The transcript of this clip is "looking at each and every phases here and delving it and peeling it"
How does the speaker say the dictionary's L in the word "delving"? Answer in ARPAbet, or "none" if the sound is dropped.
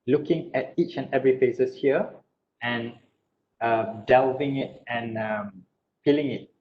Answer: L